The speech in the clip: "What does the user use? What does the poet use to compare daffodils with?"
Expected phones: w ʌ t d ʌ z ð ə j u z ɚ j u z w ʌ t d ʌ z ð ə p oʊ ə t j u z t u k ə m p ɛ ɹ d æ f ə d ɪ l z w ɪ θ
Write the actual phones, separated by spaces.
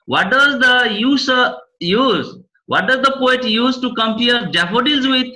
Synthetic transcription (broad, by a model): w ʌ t d ʌ z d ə j u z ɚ j u z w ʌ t d ʌ z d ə p oʊ ə t j u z t u k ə m p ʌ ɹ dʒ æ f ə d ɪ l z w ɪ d